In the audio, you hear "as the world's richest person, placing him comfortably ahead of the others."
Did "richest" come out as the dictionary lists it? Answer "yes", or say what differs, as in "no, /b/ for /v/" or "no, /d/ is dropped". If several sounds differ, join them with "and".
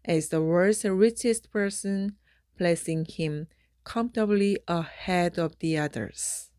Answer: yes